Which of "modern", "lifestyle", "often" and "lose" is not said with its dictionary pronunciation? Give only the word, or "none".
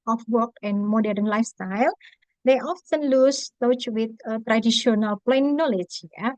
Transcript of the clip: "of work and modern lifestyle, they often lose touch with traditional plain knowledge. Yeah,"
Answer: lose